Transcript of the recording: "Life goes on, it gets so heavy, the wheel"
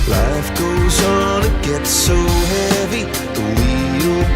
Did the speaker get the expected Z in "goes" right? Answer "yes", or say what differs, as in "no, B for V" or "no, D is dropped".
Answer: yes